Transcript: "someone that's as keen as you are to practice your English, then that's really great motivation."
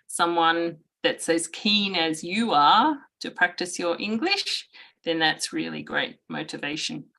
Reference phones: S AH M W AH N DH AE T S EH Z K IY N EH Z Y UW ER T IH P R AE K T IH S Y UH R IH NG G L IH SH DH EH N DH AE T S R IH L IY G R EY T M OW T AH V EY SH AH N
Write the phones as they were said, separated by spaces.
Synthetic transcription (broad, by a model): S AH M W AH N DH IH T S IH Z K IY N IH Z Y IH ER T IH P R AE K T IH S Y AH R IH NG G L IH SH DH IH N DH AE T S R IH L IY G R EY T M OW T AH V EY SH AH N